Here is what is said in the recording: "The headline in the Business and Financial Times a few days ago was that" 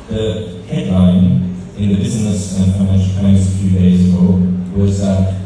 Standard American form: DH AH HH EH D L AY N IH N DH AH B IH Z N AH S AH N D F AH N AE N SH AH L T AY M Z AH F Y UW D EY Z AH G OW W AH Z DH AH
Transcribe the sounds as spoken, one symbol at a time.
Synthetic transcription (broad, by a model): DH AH HH EH D L AY N IH N DH AH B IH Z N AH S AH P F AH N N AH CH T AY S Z AH F Y UW D EY Z AH G OW W AH Z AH